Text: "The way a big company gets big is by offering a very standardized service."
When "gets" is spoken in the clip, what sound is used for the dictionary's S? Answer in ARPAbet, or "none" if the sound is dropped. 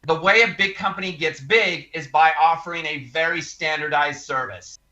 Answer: S